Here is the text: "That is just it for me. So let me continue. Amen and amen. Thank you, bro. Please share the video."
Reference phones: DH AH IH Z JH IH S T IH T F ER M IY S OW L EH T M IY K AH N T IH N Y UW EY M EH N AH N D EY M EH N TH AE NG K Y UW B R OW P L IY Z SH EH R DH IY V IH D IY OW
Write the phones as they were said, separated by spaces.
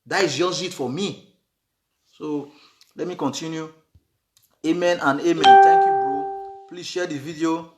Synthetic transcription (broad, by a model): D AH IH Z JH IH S IH T F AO M IY S OW L EH T M IY K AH N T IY N Y UW EY M EH N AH N EY M EH N T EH K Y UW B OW P L IY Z SH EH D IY V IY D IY OW